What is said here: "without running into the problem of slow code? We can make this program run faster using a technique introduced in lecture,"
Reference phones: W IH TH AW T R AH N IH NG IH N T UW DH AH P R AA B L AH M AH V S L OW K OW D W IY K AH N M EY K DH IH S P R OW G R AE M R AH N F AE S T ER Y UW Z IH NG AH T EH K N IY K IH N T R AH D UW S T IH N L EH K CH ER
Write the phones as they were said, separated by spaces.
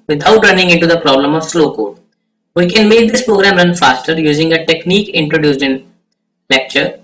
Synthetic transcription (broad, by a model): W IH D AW T R AH N IH NG IH N T UW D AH P R AA B L AH M AH V S L OW K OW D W IY K AH N M EY K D IH S P R OW G R AE M R AH N F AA S T ER Y UW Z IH NG AH T EH K N IY K IH N T R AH D UW S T IH N L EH K CH ER